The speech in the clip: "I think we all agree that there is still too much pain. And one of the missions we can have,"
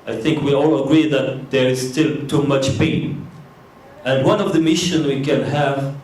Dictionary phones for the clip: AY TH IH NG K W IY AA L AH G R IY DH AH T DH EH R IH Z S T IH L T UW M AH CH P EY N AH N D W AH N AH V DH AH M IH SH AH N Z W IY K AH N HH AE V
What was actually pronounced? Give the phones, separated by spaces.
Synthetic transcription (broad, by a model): AY TH IH NG K W IY AA L AH G R IY DH AH T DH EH R IH Z S T IH L T UW M AH CH P EY N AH N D W AH N AH V DH AH M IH SH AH N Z W IY K AH N HH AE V